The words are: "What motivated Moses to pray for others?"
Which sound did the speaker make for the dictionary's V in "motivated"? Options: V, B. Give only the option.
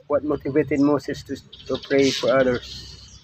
V